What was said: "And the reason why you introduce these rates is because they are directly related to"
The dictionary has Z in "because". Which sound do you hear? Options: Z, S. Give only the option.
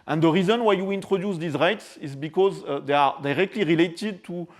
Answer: Z